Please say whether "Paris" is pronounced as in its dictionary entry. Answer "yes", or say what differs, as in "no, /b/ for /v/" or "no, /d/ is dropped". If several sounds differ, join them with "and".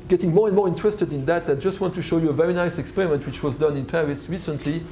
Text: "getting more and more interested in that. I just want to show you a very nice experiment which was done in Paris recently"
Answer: yes